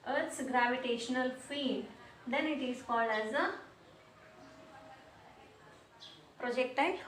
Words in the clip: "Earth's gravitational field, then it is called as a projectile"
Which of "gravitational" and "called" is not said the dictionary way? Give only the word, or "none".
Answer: none